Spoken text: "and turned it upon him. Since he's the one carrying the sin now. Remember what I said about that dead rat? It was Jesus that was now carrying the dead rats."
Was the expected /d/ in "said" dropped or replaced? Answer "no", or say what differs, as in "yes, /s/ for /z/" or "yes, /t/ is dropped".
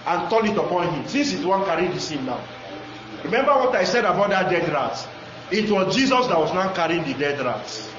no